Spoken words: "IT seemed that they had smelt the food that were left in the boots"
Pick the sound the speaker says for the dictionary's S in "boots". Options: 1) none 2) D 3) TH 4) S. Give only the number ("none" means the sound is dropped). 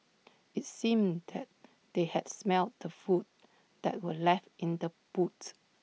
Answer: 1